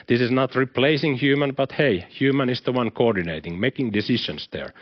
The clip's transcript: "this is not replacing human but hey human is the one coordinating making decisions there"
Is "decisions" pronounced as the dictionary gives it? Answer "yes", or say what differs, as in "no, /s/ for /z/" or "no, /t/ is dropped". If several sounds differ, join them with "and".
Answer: no, /ʃ/ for /ʒ/ and /s/ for /z/